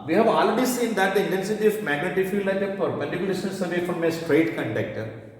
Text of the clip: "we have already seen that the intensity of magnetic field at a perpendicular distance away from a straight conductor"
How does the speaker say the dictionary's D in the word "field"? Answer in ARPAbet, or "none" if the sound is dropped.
none